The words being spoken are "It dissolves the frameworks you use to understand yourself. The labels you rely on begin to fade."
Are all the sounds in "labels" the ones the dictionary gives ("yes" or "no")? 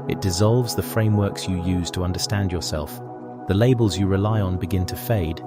yes